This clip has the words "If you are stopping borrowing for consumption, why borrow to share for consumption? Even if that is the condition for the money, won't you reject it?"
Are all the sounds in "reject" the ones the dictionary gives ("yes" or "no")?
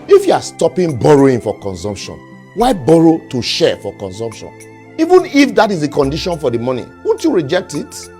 yes